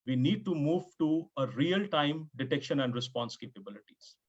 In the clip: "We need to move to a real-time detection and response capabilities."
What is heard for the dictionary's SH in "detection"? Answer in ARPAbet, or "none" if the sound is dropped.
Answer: SH